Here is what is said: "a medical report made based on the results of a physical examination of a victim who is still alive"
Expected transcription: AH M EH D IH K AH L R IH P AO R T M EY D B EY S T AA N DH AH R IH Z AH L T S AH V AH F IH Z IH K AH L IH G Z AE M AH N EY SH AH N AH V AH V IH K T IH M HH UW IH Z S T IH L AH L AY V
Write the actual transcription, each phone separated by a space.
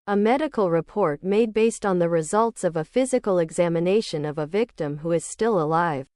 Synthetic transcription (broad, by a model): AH M EH D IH K L R IH P AO R T M EY D B EY S T N DH AH R IH Z AH L T S AH V AH F IH Z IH K L IH G Z AE M AH N EY SH AH N AH V AH V IH K T IH M HH UW IH Z S T IH L AH L AY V